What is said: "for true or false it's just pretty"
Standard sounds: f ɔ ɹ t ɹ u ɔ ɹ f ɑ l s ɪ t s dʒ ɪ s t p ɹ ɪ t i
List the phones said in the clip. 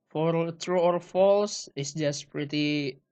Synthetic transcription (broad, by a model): f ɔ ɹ t ɹ u ɔ ɹ f ɑ l s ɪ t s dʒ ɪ s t p ɹ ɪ t i